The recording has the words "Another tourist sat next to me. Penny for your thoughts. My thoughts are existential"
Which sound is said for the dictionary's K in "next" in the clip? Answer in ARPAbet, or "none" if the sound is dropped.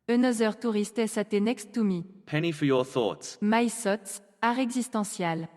K